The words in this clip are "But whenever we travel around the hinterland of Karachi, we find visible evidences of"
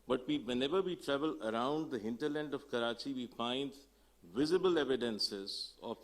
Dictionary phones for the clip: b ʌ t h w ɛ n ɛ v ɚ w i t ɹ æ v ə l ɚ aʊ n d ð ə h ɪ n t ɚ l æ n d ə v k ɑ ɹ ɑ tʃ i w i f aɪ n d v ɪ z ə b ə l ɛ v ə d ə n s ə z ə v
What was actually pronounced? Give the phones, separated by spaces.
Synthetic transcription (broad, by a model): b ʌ t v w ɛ n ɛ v ɚ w i t ɹ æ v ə l ɚ aʊ n d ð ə h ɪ n t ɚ l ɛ n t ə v k ɑ ɹ ɑ tʃ i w i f aɪ n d v ɪ z ə b ə l ɛ v ə d ə n s ə z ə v